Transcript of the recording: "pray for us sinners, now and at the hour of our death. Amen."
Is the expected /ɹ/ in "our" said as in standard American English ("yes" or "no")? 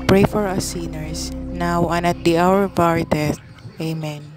yes